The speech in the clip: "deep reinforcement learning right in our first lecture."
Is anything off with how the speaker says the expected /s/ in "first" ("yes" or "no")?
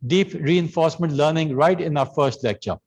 no